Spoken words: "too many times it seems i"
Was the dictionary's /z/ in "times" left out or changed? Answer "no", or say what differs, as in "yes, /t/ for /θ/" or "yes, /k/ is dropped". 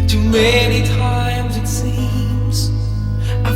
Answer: no